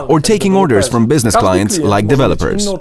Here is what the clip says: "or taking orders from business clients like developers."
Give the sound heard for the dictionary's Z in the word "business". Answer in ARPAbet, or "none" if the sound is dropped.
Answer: Z